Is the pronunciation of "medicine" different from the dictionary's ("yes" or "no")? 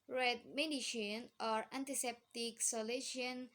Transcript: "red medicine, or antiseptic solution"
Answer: yes